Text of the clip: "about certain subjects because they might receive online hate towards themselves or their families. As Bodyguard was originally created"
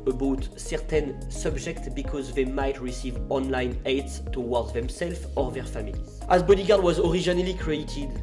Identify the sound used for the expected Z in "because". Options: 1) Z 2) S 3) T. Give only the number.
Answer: 1